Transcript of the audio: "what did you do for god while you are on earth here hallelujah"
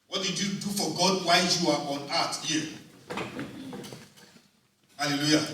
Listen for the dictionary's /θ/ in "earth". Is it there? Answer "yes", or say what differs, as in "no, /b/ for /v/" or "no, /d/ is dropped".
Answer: no, /t/ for /θ/